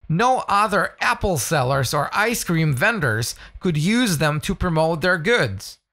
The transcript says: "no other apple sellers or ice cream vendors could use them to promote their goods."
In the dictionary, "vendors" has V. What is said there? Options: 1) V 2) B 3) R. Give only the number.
1